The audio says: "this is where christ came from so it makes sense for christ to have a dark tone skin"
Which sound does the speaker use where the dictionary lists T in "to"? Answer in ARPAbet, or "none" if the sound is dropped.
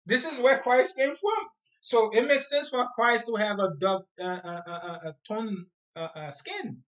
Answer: T